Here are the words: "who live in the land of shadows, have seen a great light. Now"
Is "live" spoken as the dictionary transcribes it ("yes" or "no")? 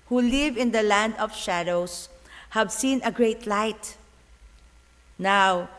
yes